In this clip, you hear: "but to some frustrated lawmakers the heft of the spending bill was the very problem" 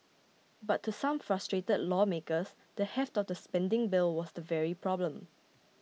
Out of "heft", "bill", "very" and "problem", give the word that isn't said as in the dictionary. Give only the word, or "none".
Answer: none